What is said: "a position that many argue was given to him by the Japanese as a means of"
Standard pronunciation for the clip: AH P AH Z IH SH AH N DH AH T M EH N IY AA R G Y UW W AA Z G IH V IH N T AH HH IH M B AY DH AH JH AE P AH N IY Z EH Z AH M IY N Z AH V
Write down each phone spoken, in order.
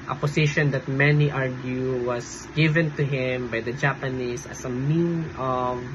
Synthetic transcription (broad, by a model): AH P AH S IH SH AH N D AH T M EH N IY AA R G Y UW W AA S G IH V IH N T AH HH IH M B AY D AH JH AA P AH N IY S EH S AH M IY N AH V